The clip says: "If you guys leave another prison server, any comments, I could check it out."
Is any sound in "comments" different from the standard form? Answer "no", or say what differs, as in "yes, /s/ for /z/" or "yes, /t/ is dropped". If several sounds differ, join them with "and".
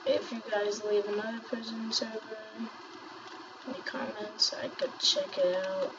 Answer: no